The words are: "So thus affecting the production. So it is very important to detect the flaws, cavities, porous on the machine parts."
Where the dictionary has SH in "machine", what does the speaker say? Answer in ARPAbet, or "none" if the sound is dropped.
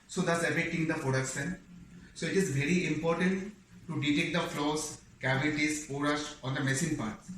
S